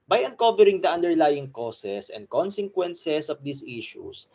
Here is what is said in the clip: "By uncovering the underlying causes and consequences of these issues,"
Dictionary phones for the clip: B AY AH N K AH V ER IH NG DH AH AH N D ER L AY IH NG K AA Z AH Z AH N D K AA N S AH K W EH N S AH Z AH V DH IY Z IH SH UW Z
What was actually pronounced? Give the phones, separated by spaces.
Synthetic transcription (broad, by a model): B AY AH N K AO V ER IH NG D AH AH N D ER L AY IH NG K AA S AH S AH N D K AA N S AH K W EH N S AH S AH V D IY S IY SH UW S